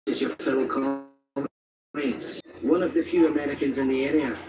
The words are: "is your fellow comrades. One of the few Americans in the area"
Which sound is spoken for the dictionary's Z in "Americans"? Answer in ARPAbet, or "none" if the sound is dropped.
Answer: Z